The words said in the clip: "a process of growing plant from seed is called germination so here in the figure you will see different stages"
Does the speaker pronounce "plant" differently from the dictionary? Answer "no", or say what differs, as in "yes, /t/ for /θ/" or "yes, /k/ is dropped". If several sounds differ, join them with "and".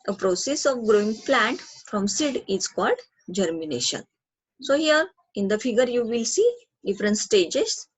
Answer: no